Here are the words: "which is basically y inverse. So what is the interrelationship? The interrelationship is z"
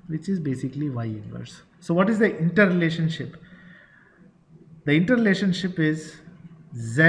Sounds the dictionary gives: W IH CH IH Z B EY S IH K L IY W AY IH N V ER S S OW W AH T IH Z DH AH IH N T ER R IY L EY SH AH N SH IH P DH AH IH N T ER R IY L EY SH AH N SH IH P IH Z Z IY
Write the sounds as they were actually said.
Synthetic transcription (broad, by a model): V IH CH IH Z B EY S IH K L IY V AY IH N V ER S S OW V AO T IH Z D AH IH N T ER R IY L EY SH AH N SH IH P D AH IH N T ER R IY L EY SH AH N SH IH P IH Z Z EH